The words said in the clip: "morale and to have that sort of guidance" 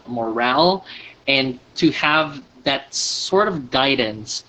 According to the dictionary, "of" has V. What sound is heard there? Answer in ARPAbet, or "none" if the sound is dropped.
V